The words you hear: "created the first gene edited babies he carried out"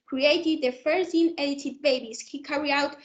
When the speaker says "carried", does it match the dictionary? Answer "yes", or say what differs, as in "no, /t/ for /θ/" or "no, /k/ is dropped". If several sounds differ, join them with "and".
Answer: no, /d/ is dropped